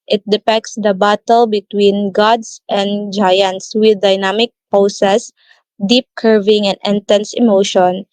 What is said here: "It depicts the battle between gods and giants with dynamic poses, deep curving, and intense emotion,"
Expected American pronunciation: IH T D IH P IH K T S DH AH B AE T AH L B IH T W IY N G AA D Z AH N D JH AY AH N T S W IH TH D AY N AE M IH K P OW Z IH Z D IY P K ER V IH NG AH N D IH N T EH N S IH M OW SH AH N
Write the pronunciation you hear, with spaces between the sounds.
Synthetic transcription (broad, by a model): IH T D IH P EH K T S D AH B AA T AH L B IH T W IY N G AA D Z AH N D JH AY AH N T S W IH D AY N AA M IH K P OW S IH S D IY P K ER V IH NG AH N D IH N T EH N S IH M OW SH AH N